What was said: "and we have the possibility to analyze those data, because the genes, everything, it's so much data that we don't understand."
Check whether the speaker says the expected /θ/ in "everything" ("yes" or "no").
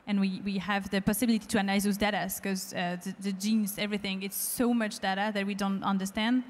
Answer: yes